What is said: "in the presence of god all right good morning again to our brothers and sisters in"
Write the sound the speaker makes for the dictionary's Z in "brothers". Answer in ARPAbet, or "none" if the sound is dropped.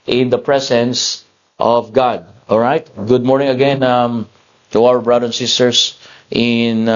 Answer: none